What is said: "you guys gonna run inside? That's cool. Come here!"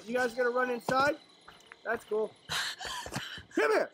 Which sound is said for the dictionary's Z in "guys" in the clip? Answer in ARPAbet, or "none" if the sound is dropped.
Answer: Z